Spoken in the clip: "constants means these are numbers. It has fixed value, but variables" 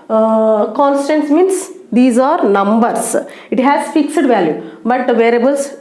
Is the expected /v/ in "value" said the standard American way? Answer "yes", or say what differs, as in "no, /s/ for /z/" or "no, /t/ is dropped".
yes